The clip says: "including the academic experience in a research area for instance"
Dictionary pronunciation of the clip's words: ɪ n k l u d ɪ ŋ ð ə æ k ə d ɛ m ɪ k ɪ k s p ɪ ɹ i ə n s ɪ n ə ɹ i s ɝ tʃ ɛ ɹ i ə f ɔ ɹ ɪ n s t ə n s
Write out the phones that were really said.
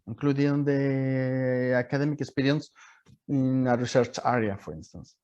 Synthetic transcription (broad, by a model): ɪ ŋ k l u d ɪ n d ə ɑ k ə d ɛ m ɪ k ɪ s p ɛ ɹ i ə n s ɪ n ə ɹ i s ɝ tʃ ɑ ɹ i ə f ɔ ɹ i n s t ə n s